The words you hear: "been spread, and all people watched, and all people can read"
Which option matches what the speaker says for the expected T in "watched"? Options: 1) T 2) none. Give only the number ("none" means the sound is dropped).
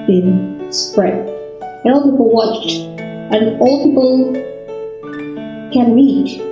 1